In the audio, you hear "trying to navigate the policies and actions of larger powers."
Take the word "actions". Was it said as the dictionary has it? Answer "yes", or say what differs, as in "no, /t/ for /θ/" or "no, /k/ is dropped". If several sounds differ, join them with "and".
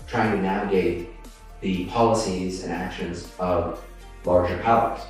yes